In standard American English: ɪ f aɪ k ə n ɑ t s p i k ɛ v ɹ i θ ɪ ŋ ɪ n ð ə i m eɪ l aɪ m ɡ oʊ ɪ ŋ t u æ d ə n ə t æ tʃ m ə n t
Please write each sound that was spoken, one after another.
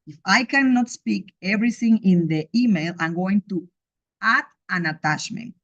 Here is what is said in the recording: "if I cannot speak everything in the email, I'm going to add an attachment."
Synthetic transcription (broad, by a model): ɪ f aɪ k ə n ɑ t s p i k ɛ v ɹ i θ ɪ ŋ ɪ n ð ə i m eɪ l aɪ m ɡ oʊ ɪ ŋ t u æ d ə n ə t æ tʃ m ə n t